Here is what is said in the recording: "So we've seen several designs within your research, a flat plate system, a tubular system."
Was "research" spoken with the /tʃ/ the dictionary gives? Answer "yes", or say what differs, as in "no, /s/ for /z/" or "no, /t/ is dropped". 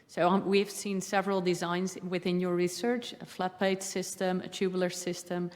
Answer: yes